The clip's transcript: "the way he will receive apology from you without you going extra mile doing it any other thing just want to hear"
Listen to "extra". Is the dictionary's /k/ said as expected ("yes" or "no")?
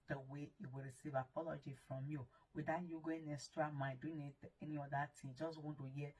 no